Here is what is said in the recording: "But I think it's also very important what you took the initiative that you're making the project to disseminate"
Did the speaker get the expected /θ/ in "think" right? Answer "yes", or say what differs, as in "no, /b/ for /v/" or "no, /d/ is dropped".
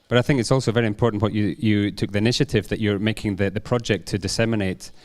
yes